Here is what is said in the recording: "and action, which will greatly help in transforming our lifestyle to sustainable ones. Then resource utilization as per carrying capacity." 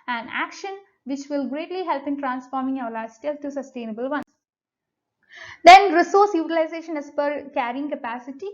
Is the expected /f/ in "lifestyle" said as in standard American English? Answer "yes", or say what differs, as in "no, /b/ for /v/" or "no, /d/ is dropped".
no, /f/ is dropped